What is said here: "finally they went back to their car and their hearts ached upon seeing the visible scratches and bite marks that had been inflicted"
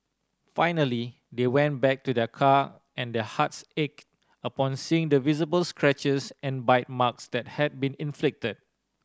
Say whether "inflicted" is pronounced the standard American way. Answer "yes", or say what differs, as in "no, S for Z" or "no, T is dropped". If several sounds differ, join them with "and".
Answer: yes